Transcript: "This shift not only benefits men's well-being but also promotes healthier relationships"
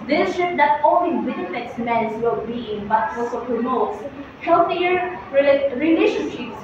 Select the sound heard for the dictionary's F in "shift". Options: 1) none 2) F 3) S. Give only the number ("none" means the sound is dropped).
1